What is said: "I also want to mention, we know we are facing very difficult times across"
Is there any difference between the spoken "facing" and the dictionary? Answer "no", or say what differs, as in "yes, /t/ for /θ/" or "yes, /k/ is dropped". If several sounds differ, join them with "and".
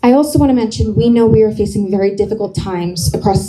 no